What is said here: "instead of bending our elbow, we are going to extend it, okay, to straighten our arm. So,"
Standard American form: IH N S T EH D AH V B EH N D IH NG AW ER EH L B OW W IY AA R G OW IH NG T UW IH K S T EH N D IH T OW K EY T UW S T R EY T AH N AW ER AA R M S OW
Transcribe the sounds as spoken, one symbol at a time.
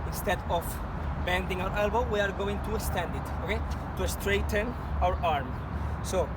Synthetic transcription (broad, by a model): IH N S T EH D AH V B EH N D IH NG AW ER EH L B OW W IY AA R G OW IH NG T UW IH S T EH N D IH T OW K EY T UW S T R EY T AH N AW ER AA R M S OW